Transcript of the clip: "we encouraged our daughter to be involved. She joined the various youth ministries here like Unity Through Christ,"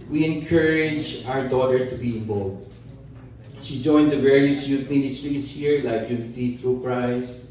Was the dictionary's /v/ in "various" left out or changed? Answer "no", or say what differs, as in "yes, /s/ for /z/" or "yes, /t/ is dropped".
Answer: no